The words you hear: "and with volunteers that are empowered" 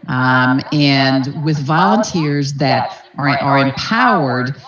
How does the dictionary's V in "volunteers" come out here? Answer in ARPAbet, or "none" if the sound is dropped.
V